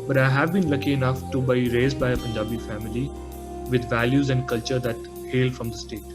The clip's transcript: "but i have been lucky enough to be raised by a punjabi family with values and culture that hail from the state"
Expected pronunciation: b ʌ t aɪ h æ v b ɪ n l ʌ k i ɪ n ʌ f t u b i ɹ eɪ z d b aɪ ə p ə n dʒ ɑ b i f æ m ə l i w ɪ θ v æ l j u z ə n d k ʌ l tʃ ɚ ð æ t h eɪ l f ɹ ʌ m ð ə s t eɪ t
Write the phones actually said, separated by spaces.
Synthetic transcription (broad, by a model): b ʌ t aɪ h æ v b ɪ n l ʌ k i ɪ n ʌ f t u b i ɹ eɪ z d b aɪ ə p ə n dʒ ɑ b i f æ m ə l i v ɪ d v æ l j u z ə n d k ʌ l tʃ ɚ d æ t h eɪ l f ɹ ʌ m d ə s t eɪ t